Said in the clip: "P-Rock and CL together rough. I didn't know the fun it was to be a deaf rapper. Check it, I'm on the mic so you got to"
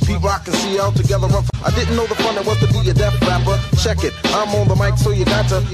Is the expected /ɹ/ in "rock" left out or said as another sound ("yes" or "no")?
yes